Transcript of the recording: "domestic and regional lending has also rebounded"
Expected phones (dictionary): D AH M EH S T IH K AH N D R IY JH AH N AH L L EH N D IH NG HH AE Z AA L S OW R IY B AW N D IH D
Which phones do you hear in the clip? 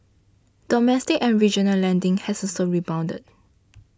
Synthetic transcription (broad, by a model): D AH M EH S T IH K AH N R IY JH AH N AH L L EH N D IH NG HH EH S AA S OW R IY B AW N D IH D